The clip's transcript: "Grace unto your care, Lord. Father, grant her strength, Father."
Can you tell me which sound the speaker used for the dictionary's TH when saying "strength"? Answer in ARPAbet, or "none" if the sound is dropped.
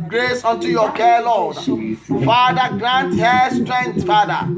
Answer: T